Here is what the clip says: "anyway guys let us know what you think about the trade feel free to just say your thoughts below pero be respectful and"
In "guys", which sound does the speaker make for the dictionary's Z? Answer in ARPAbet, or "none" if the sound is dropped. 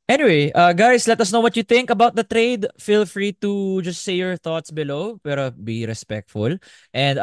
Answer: S